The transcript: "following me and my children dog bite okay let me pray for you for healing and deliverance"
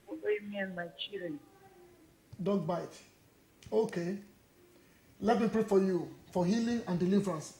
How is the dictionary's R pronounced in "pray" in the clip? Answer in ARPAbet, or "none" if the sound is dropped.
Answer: R